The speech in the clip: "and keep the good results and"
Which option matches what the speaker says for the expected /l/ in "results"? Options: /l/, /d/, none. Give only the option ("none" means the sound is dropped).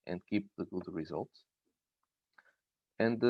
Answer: /l/